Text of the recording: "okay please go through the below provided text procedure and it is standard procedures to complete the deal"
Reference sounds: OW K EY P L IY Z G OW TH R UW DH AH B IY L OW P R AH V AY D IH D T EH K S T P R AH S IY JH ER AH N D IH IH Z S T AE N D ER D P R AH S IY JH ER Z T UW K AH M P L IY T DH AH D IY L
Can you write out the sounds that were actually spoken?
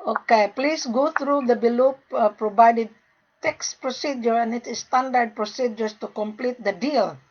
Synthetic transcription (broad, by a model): OW K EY P L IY S G OW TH R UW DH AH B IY L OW P R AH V AY D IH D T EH K S P R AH S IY JH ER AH N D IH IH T S T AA N D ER D P R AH S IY JH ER S T UW K AH M P L IY T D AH D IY L